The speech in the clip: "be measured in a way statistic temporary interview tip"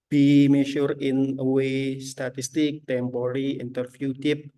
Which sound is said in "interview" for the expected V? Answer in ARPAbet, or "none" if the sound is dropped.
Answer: F